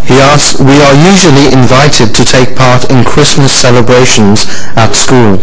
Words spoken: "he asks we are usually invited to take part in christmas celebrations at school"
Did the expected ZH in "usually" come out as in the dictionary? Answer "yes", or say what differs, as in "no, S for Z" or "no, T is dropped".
yes